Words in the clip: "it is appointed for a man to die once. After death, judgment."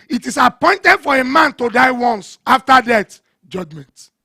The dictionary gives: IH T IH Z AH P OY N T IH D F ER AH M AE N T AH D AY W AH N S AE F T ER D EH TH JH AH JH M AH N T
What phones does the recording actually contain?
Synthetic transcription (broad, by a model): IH T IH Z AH P OY N T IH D F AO AH M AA N T AH D AY W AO N S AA F T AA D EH T JH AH JH M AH N T